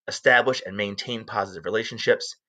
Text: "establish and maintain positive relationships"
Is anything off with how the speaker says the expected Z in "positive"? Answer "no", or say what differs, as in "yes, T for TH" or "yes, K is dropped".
no